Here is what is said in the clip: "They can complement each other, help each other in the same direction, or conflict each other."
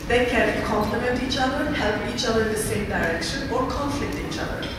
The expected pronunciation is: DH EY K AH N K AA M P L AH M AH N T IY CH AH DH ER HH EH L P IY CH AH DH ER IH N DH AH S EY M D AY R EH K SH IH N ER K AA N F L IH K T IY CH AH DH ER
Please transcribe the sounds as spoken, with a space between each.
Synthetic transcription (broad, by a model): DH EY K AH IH K AA M P L AH M AH N T IY CH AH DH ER HH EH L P IY CH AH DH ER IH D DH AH S EY M D AY R EH K SH IH N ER K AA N F L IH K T IY CH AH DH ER